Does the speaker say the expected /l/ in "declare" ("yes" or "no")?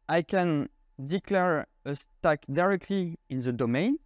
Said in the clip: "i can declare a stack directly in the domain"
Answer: yes